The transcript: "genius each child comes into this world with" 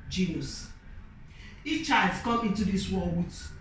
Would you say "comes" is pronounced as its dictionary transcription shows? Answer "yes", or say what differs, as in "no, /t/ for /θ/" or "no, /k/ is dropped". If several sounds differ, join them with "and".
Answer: no, /z/ is dropped